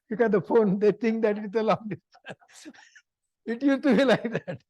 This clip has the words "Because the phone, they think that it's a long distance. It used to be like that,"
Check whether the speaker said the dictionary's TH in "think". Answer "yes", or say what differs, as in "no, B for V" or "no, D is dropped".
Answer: no, T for TH